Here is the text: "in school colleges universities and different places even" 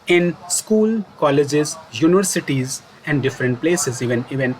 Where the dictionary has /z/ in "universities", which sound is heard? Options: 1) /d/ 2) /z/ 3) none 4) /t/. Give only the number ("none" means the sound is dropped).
2